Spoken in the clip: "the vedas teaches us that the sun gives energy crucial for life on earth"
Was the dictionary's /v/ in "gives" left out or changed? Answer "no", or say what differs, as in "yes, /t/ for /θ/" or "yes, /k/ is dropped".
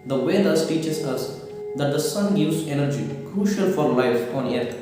yes, /v/ is dropped